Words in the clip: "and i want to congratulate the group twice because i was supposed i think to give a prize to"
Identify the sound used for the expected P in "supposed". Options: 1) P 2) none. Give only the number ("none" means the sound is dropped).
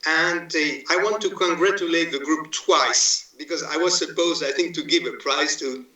1